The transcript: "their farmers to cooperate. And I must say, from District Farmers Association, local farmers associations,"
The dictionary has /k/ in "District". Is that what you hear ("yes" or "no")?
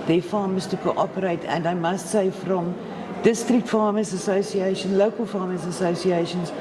yes